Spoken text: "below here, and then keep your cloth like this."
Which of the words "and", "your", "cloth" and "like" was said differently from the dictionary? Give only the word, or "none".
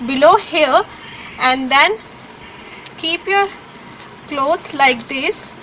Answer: cloth